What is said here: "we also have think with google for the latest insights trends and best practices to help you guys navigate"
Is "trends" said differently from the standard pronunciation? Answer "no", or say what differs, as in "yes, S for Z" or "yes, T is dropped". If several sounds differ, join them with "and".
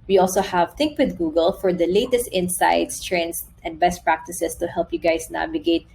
yes, S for Z